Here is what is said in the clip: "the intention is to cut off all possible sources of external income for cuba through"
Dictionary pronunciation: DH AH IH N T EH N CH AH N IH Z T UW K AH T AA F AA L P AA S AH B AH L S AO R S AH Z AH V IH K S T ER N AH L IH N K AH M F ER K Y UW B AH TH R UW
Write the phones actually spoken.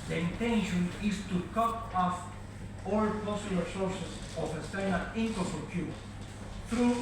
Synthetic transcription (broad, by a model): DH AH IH N T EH N SH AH N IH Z T UW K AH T AA F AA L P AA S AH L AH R S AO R S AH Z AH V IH S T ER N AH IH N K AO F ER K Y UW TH R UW